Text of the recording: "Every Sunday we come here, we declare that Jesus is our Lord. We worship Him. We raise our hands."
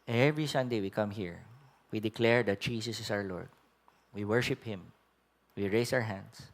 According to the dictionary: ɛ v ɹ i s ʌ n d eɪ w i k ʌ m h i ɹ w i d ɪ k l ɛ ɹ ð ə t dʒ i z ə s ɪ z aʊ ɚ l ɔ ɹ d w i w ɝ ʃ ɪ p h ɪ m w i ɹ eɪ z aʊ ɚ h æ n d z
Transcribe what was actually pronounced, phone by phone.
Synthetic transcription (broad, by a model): ɛ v ɹ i s ʌ n d eɪ w i k ʌ m h i ɹ w i d ɪ k l ɛ ɹ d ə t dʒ i s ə s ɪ s aʊ ɚ l ɔ ɹ d w i w ɝ ʃ ɪ p h ɪ m w i ɹ eɪ s aʊ ɚ h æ n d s